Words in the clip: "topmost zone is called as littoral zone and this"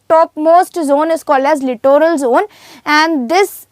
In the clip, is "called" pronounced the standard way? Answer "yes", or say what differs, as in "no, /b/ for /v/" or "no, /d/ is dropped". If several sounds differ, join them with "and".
yes